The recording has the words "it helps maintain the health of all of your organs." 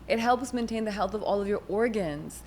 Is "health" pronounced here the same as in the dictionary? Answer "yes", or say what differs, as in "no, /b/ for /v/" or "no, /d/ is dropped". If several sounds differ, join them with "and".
yes